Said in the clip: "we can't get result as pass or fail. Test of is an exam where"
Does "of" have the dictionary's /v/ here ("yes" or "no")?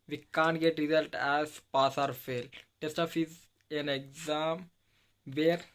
no